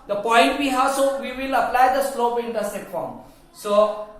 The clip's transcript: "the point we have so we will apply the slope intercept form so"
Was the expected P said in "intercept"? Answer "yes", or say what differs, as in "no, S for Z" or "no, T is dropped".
no, P is dropped